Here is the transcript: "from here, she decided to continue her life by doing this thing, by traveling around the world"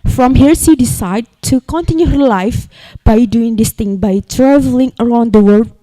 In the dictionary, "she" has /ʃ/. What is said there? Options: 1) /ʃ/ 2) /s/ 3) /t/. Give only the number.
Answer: 2